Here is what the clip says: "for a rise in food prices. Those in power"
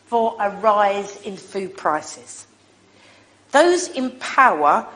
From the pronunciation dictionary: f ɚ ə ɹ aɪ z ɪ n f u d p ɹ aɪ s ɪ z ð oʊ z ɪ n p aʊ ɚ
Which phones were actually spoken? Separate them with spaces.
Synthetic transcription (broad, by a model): f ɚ ə ɹ aɪ z ɪ n f u d p ɹ aɪ s ɪ z ð oʊ z ɪ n p aʊ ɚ